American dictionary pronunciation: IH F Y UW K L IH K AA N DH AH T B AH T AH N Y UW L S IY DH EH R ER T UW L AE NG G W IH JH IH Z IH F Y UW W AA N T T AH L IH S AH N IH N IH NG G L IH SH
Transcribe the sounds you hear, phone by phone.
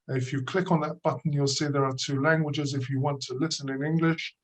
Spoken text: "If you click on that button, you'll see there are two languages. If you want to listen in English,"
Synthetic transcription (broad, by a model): IH F Y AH K L IH K N DH AH T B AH T N Y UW L S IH DH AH R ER T UW L AE NG G W IH JH IH Z IH F Y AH W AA N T T AH L IH S AH N IH N IH NG G L IH SH